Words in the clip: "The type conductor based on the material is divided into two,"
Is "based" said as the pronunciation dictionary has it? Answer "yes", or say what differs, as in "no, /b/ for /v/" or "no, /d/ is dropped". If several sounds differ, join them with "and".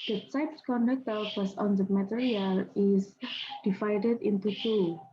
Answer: no, /t/ is dropped